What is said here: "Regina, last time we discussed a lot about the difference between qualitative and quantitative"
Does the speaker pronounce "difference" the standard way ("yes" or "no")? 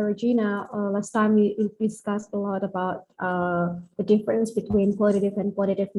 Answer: yes